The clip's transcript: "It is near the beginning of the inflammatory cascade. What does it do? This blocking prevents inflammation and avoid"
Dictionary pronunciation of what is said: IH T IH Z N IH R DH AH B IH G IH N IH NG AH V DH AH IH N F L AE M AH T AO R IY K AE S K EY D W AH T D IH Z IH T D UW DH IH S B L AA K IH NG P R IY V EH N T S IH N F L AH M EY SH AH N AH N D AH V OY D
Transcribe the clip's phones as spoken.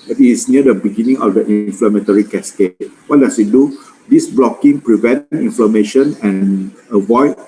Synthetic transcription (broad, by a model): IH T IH S N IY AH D AH B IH G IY N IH NG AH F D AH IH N F L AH M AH T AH R IY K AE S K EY W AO T D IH S IH T D UW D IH S B L AA K IH NG P R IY V EH N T IY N F L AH M EY SH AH N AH N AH V OY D